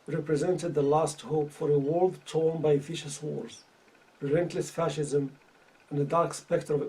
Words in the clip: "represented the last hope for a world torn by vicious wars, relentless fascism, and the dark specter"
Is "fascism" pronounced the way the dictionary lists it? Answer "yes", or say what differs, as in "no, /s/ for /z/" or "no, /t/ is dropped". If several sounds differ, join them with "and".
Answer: yes